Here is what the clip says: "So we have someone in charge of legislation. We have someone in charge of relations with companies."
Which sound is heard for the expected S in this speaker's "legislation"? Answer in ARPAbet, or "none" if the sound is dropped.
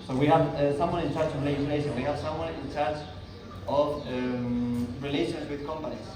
none